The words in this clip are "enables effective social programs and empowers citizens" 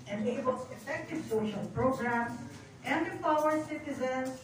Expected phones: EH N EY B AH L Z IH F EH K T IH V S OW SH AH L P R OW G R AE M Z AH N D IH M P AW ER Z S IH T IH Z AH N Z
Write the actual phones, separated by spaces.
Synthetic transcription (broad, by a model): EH N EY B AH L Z IH F EH K T IH V S OW SH AH L P R OW G R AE M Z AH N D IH P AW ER S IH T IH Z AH N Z